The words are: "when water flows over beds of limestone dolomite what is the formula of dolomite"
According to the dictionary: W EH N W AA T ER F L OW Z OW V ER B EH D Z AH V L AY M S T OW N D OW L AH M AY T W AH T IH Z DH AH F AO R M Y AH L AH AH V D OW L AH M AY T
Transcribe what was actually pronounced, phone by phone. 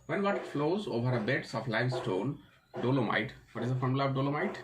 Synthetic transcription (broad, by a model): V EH N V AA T F L OW Z OW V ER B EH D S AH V L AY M S T OW N D OW L AH M AY T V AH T IH Z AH F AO R M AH L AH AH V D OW L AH M AY T